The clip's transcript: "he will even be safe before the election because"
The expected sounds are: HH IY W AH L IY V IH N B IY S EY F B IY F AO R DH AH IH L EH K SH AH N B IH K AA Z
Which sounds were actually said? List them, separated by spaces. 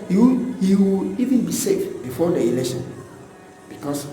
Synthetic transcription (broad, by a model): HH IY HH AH W IY V IH N B IY S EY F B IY F AO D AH IH L EH K SH AH N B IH K AA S